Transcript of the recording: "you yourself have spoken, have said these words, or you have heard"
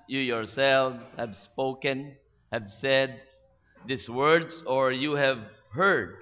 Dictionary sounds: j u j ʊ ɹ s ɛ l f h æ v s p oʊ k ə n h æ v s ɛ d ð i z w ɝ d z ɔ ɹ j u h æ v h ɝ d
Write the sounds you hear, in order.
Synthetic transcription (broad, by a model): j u j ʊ ɹ s ɛ l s h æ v s p oʊ k ə n h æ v s ɛ d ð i s w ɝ d s ɔ ɹ j u h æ v h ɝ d